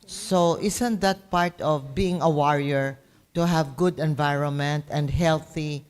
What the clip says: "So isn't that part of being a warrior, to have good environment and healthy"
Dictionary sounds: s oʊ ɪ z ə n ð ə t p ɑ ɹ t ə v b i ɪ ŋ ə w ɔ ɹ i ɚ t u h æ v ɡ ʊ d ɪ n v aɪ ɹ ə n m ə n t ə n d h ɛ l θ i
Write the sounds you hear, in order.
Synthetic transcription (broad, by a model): s oʊ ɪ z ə n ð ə t p ɑ ɹ t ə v b i ɪ ŋ ə w ɔ ɹ i ɚ t u h æ v ɡ ʊ d ɪ n v aɪ ɹ ə n m ə n t ə n d h ɛ l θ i